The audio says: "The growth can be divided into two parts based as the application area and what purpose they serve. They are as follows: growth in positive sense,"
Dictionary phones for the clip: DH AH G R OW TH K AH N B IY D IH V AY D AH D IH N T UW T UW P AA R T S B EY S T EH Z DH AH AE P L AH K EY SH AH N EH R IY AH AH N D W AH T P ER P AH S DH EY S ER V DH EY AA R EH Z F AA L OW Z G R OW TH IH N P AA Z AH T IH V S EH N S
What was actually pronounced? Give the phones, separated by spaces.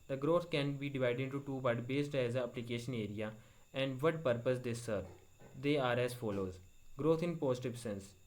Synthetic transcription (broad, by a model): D AH G R OW T K AH N B IY D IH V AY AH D IH N T UW T UW B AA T B EY S T EH Z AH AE P L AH K EY SH AH N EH R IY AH AH N D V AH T P ER P AH S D EY S ER V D EY AA R EH Z F AA L OW Z G R OW T IH N P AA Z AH T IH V S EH N S